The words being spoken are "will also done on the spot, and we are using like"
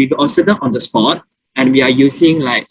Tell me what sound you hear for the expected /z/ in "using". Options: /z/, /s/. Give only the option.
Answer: /s/